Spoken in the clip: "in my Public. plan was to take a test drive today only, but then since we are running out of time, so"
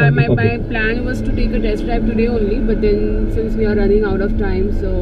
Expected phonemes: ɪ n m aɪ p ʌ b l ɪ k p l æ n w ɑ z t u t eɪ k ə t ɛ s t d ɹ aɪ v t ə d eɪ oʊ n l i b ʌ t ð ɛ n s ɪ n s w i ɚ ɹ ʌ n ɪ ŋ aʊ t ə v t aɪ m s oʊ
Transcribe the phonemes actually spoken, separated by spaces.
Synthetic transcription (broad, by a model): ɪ m aɪ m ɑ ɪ p l æ n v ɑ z t u t eɪ k ə t ɛ s t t aɪ p t ə d eɪ oʊ n l i b ʌ t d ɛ n s ɪ n s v i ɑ ɹ ʌ n ɪ ŋ aʊ t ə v t aɪ m s oʊ